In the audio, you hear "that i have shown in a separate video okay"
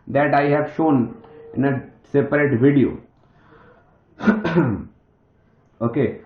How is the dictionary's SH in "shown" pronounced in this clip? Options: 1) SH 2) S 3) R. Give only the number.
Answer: 1